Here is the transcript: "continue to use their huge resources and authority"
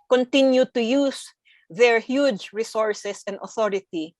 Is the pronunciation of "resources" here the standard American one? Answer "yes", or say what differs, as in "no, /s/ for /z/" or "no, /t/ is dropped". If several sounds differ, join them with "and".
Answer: no, /s/ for /z/